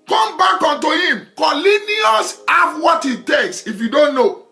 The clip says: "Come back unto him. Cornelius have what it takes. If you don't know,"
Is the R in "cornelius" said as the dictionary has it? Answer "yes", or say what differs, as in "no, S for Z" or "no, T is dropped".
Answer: no, L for R